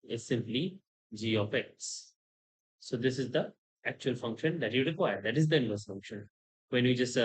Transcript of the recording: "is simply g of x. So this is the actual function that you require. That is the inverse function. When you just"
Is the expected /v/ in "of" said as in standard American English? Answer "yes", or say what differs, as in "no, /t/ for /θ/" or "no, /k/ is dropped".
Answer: no, /p/ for /v/